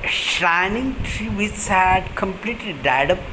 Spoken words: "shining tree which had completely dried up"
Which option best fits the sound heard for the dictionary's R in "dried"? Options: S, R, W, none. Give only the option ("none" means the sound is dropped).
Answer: none